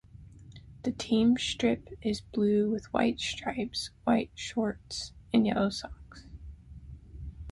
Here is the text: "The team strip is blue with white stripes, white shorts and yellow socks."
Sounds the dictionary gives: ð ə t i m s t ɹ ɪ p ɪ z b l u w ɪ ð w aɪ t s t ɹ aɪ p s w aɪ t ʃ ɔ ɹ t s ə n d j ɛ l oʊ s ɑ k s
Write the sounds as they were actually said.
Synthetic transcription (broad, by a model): ð ə t i m s t ɹ ɪ p ɪ z b l u w ɪ ð w aɪ t s t ɹ aɪ p s w aɪ t ʃ ɔ ɹ t s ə n j ɛ l oʊ s ɑ k s